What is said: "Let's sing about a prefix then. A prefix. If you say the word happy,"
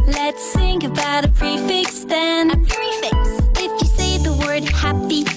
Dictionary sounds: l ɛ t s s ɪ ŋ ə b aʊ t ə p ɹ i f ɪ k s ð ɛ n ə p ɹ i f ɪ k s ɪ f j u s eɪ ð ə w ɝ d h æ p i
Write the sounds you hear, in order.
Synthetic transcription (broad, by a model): l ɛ t s θ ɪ ŋ ə b aʊ t ə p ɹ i f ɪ k s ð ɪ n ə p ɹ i f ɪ k s ɪ f j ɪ s eɪ ð ə w ɝ d h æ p i